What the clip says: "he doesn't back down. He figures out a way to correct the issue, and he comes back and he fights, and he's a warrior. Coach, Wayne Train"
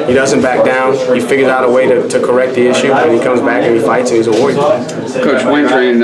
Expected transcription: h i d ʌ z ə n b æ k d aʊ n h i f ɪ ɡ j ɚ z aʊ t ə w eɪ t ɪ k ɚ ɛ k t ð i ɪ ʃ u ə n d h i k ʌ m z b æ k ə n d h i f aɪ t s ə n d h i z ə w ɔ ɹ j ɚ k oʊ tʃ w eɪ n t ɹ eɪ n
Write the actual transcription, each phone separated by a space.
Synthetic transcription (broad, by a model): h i d ʌ z ə n b æ k d aʊ n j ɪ f ɪ ɡ j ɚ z aʊ t ə w eɪ t ɪ k ɚ ɛ k t ð i ɪ ʃ u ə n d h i k ʌ m z b æ k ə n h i f aɪ t s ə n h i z ə w ɔ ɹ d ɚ k oʊ tʃ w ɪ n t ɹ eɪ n